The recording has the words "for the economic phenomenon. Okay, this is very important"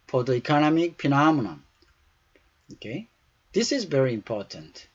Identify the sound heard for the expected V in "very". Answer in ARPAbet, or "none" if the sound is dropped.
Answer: V